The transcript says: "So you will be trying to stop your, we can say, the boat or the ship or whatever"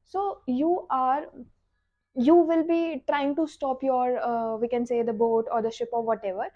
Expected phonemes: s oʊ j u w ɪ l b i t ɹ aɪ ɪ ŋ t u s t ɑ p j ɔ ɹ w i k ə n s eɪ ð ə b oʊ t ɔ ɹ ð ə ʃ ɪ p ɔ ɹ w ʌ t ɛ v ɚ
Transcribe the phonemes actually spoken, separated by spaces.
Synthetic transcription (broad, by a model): s oʊ j u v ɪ l b i t ɹ aɪ ɪ ŋ t u s t ɑ p j ɔ ɹ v i k ə n s eɪ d ə b oʊ t ɔ ɹ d ə ʃ ɪ p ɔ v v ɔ t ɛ v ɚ